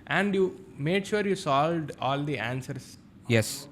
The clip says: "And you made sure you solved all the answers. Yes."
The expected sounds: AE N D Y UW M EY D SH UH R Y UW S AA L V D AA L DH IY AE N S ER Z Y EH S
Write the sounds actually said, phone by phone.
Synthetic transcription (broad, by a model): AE N D Y UW M EY D SH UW R Y UW S AA L V D AA L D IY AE N S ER S Y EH S